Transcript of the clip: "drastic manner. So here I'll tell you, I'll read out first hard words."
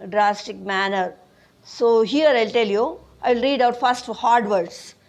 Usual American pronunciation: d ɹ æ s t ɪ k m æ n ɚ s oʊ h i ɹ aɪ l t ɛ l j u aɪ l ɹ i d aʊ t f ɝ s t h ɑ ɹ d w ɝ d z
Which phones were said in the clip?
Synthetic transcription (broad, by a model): d ɹ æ s t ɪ k m æ n ɚ s oʊ h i ɹ aɪ l t ɛ l j u aɪ l ɹ i d aʊ t f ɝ s t h ɑ ɹ d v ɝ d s